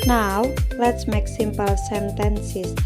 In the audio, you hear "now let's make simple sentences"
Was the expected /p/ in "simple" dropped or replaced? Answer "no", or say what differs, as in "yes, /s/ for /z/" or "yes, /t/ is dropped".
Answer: no